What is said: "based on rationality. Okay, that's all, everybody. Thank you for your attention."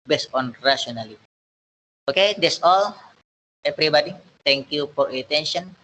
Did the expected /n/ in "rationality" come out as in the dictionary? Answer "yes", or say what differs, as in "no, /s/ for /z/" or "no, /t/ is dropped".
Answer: no, /n/ is dropped